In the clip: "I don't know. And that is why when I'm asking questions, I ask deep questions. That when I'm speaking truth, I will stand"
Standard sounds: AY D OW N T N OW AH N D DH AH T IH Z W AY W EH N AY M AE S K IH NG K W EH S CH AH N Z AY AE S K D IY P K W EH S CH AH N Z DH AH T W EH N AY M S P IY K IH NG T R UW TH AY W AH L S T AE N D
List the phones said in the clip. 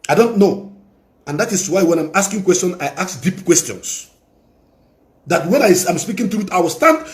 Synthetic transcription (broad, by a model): AY D OW N T N OW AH N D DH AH T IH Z W AY W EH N AY M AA S K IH NG K W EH S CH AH N AY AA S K D IY P K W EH S CH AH N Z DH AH T W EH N AY M S P IY K IH NG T UW T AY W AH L S T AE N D